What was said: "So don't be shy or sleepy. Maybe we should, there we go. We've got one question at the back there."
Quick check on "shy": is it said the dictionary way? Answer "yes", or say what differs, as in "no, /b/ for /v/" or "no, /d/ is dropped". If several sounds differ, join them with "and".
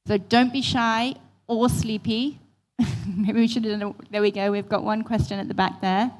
yes